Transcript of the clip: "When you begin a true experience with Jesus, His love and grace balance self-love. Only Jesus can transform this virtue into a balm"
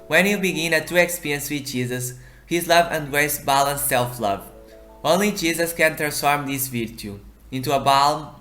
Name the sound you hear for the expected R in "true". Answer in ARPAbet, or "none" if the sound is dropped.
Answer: none